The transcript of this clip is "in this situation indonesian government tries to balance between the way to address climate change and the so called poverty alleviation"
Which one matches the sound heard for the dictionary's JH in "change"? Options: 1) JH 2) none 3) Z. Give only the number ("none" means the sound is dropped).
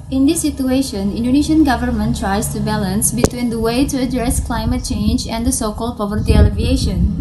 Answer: 1